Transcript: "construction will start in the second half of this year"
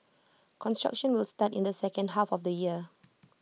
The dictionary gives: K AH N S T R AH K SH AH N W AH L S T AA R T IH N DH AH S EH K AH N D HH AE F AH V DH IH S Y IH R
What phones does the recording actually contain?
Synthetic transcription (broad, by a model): K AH N S T R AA K SH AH N W AH L S T AA T IH N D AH S EH K AH N D HH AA F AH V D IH Y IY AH